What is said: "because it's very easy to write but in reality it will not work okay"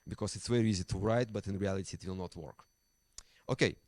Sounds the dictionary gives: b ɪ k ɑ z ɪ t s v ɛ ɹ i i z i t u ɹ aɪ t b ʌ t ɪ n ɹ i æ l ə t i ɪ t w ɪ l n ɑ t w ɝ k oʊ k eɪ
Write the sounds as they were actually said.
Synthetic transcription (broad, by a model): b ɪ k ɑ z ɪ t s w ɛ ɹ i i z i t u ɹ aɪ t b ʌ t ɪ n ɹ i æ l ə t i ɪ t w ɪ l n ɑ t w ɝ k oʊ k eɪ